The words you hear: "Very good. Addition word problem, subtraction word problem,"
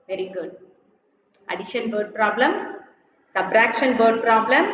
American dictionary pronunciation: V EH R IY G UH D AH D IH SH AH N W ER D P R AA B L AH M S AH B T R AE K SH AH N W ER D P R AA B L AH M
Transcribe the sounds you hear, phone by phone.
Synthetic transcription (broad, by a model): V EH R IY G UH D AH D IH SH AH N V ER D P R AA B L AH M S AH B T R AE K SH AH N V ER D P R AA B L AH M